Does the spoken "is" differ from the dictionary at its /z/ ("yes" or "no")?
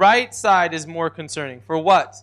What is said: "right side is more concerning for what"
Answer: no